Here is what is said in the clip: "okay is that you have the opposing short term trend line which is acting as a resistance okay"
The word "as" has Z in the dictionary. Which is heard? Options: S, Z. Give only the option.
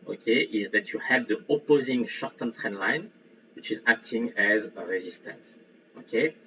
Z